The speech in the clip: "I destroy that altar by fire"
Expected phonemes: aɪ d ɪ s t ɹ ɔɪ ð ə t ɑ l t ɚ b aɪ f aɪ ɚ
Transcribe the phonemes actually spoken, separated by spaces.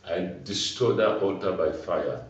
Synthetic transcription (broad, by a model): aɪ d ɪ s t ɔɪ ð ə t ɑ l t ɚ b aɪ f aɪ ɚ